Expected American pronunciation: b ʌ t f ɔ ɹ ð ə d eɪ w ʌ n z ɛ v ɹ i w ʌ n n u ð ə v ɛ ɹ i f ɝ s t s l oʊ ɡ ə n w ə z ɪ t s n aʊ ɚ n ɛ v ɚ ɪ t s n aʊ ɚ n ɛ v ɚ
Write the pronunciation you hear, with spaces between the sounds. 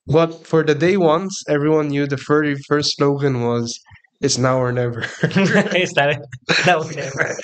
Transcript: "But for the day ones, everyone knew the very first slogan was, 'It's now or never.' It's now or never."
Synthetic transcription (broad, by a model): b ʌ t f ɔ ɹ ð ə d eɪ w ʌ n s ɛ v ɹ i w ʌ n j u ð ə f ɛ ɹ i f ɝ s t s l oʊ ɡ ə n w ə z ɪ t s n aʊ ɚ n ɛ v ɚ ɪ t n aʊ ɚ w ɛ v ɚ